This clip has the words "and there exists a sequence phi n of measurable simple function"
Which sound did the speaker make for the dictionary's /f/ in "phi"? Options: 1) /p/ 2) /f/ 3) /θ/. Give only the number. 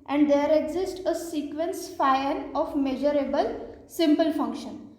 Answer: 2